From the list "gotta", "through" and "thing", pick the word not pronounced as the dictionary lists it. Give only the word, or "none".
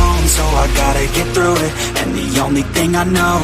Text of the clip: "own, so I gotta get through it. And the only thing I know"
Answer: none